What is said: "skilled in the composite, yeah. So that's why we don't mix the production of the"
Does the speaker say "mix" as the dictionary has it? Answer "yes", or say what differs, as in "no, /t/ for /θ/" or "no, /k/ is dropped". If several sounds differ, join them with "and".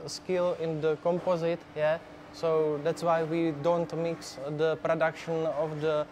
yes